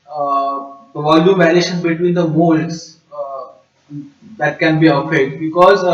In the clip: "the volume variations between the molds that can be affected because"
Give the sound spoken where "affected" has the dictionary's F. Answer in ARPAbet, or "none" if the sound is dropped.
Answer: none